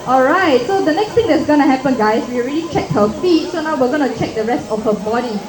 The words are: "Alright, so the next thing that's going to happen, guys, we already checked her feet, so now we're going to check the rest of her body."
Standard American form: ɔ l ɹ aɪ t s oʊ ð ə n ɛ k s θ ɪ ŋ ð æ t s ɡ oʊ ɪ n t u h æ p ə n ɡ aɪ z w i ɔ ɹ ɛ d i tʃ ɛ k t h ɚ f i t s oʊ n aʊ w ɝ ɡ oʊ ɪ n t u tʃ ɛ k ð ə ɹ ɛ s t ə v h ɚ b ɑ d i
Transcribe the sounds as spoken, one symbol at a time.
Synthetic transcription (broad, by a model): ɔ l ɹ aɪ t s oʊ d ə n ɛ k s t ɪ ŋ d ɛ t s ɡ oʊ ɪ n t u h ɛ p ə n ɡ aɪ s w i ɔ ɹ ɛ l i tʃ ɛ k h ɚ f i t s oʊ n aʊ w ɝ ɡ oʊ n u tʃ ɛ k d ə ɹ ɛ s t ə f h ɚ b ɑ d i